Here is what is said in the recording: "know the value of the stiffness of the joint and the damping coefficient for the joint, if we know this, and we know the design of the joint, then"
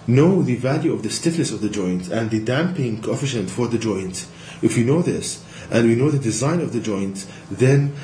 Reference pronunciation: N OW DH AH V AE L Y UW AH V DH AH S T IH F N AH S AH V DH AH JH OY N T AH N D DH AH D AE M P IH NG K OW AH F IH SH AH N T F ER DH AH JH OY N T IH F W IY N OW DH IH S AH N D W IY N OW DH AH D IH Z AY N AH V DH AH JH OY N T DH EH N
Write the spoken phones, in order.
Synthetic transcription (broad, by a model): N OW DH AH V AE L Y UW AH V DH AH S T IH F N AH S AH V DH AH JH OY N T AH N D DH AH D AE M P IH NG K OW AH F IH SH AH N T F ER DH AH JH OY N T IH F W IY N OW DH IH S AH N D W IY N OW DH AH D IH Z AY N AH V DH AH JH OY N T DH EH N